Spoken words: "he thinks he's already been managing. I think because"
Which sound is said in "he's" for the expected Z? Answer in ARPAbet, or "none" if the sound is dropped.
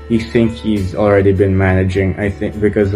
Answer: Z